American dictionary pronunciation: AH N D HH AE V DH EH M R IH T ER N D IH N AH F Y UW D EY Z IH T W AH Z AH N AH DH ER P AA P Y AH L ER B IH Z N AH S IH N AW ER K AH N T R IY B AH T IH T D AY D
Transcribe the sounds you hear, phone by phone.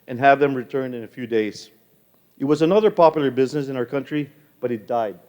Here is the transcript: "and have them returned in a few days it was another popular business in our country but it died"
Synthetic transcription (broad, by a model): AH N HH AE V DH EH M R IH T ER N D IH N AH F Y UW D EY Z IH T W AH Z AH N AH DH ER P AA P Y L ER B IH Z N AH S IH N AW ER K AH N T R IY B AH T IH T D AY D